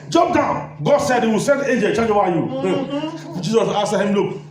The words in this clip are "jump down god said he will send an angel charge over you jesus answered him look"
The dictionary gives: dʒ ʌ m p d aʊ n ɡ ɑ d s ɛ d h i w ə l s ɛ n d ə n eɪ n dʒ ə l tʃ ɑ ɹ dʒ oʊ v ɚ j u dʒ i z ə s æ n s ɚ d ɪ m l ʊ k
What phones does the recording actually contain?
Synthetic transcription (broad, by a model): dʒ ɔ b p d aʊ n ɡ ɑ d s ɛ d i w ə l s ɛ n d eɪ n dʒ ə l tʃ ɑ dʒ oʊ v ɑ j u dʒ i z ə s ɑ s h ɪ m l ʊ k